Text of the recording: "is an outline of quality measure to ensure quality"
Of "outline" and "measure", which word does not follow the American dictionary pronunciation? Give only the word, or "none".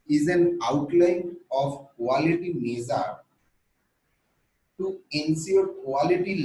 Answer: measure